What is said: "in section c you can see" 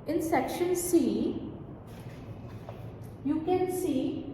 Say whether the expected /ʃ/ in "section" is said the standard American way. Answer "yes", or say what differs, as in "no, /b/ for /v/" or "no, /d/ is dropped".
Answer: yes